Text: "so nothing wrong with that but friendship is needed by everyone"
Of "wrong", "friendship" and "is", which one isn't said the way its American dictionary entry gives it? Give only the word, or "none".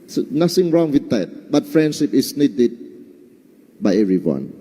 is